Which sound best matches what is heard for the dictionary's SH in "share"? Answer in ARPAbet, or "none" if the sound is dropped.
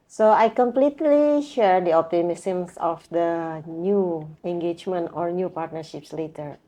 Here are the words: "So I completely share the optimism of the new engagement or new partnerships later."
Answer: SH